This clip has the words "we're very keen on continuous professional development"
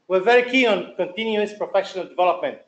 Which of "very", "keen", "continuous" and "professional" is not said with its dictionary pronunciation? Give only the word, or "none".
keen